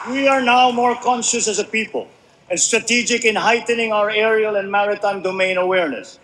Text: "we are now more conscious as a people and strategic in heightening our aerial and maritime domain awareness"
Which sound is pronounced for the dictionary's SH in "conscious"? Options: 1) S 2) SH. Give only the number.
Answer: 2